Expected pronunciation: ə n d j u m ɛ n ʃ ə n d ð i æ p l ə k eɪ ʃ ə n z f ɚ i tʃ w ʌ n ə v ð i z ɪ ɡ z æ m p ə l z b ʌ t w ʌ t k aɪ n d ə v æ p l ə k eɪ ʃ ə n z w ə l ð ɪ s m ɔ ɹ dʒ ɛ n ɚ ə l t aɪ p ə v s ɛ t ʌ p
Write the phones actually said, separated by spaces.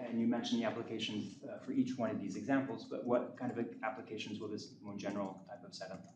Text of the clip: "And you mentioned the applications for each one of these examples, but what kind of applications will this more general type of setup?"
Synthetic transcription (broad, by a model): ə n j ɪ m ɛ n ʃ n ð i æ p l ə k eɪ ʃ n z f ɚ i tʃ w ʌ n ə v ð i z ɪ ɡ z æ m p l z b ʌ t w ʌ t k aɪ n d ə v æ p l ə k eɪ ʃ n z w ə l ð ɪ s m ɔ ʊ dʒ ɛ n ɚ l t aɪ p ə v s ɛ t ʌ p